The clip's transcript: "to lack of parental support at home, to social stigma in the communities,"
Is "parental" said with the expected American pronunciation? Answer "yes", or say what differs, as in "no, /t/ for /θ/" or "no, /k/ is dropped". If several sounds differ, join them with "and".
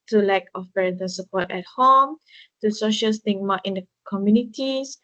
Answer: no, /n/ is dropped and /n/ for /l/